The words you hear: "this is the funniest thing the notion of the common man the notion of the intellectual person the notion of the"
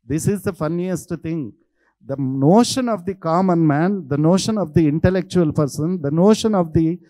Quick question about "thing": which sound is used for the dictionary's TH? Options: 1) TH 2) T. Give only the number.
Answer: 2